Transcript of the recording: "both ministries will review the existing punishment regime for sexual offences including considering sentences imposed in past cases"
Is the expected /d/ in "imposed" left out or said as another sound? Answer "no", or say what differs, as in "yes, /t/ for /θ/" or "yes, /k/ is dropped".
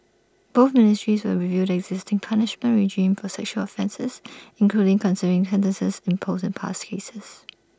yes, /d/ is dropped